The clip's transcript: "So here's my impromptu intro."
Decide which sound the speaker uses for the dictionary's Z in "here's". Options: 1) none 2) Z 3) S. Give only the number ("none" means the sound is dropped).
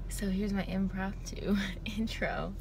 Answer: 2